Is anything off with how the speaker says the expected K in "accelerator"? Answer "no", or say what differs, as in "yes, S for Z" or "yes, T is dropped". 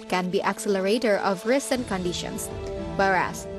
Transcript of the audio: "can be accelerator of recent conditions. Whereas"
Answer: no